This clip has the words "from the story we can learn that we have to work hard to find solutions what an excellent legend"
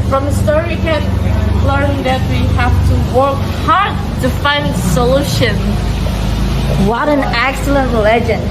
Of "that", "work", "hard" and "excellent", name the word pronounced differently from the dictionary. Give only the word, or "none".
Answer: none